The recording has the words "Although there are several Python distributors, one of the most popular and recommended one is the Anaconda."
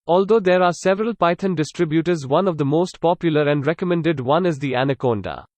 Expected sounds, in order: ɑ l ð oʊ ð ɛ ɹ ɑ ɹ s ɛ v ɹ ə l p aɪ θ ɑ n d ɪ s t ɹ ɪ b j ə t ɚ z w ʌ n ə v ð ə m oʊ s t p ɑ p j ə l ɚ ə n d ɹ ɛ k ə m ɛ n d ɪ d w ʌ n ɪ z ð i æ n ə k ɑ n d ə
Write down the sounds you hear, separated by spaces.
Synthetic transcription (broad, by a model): ɑ l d oʊ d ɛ ɹ ɑ ɹ s ɛ v ɹ ə l p aɪ t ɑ n d ɪ s t ɹ ɪ b j ə t ɚ z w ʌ n ə v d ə m oʊ s t p ɑ p j ə l ɚ ə n d ɹ ɛ k ə m ɛ n d ɪ d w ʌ n ɪ z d i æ n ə k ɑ n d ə